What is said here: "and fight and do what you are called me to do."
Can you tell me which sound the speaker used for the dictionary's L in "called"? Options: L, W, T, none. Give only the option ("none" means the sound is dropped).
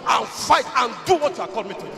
none